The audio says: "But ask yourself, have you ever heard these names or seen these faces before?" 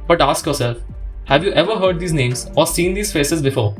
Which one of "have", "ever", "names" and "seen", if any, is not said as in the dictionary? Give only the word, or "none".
none